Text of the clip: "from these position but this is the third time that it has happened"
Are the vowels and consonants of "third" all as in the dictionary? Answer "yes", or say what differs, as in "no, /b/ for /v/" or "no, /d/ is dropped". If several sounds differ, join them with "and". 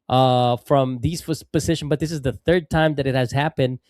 yes